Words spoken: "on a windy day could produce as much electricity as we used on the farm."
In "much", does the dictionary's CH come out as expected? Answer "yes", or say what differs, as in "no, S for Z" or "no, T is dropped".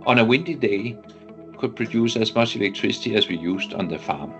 no, S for CH